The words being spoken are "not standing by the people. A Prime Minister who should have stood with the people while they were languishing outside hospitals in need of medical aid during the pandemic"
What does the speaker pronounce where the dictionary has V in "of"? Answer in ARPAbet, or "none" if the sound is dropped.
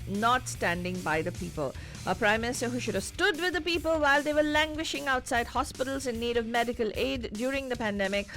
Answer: V